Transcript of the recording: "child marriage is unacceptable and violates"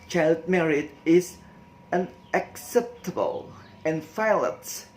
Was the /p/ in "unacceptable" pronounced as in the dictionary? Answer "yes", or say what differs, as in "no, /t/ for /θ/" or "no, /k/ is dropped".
yes